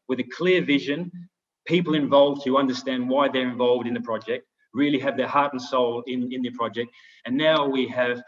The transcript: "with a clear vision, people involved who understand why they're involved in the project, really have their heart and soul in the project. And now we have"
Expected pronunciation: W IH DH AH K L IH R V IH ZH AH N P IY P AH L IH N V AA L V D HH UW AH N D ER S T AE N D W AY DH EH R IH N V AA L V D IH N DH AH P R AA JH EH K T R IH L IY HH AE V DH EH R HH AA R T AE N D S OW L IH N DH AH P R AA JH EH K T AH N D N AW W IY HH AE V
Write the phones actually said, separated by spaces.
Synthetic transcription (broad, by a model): W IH DH AH K L IH R V IH ZH AH N P IY P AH L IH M V AA L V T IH AH N D ER S T AE N D W AY DH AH R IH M V AA L V D IH N DH AH P R AA JH EH K T R IH L IY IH V DH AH R HH AA R T N S OW L IH N DH AH P R AA JH EH K T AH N N AW W IY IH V